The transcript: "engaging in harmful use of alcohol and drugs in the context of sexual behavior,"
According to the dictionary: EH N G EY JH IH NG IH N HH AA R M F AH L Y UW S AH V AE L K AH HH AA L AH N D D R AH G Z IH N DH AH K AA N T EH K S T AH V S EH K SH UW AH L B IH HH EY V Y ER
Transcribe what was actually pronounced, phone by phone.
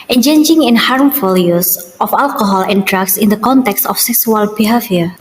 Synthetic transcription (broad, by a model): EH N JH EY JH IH NG IH N HH AA R M F AH L Y UW S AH F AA L K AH HH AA L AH N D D R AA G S IH N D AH K AA N T EH K S T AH F S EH K S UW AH L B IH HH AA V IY